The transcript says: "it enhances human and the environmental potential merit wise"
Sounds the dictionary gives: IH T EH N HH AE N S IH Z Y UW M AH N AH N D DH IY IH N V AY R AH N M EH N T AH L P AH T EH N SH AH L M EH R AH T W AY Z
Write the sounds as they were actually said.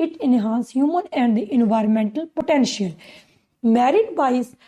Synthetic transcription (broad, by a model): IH T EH N HH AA N S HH Y UW M AH N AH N D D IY IH N V AY R AH N M EH N T AH L P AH T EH N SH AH L M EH R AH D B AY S